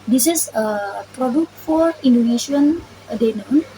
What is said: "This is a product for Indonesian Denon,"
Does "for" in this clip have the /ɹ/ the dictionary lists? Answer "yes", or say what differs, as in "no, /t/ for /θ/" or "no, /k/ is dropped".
yes